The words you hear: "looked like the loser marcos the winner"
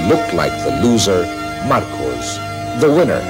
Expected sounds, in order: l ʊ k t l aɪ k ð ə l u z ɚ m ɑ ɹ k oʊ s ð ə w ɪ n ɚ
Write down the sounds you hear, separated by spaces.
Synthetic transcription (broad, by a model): l ʊ k t l aɪ k ð ə l u z ɚ m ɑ ɹ k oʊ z ð ə w ɪ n ɚ